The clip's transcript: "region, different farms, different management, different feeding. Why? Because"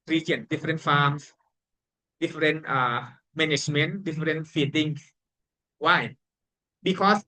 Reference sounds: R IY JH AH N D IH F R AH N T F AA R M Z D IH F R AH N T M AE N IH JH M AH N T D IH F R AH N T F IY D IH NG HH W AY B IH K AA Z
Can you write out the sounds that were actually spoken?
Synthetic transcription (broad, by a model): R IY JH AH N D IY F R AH N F AA M S D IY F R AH N T M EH N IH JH M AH N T D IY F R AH N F IY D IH NG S W AY B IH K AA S